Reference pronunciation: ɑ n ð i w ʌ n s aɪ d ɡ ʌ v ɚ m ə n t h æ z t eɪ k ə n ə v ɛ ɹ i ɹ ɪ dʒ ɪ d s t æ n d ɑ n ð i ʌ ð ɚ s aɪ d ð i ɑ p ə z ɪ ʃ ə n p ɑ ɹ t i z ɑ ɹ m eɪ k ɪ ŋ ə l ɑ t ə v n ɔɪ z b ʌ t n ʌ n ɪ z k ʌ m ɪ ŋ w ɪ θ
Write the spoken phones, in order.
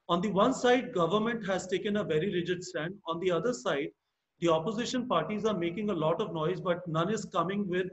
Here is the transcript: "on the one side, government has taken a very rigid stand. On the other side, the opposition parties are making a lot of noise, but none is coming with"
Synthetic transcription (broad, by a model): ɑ n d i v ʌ n s aɪ d ɡ ʌ v ɚ m ə n t h æ z t eɪ k ə n ə v ɛ ɹ i ɹ ɪ dʒ ɪ d s t æ n d ɑ n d i ʌ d ɚ s aɪ d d i ɑ p ə z ɪ ʃ ə n p ɑ ɹ t i z ɑ ɹ m eɪ k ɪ ŋ ə l ɑ t ə v n ɔɪ z b ʌ t n ʌ n ɪ z k ʌ m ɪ ŋ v ɪ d